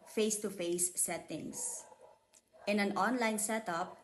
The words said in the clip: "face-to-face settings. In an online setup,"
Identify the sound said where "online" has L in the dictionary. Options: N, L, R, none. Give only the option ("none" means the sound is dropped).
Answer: L